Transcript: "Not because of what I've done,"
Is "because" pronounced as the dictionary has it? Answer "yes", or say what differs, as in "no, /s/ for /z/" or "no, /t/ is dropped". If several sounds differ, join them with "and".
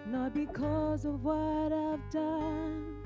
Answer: yes